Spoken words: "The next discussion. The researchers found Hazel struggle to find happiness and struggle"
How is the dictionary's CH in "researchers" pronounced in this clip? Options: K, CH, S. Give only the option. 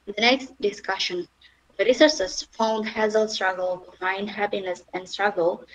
S